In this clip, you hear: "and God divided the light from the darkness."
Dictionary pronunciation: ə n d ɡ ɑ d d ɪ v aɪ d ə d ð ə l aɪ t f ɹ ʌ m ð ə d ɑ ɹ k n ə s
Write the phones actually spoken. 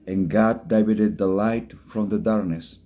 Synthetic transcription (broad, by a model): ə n ɡ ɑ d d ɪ b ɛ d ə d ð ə l aɪ t f ɹ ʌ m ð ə d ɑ ɹ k n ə s